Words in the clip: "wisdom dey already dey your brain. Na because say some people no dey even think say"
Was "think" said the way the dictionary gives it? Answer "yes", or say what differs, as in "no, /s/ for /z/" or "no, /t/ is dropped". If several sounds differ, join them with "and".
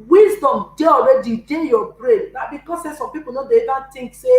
no, /t/ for /θ/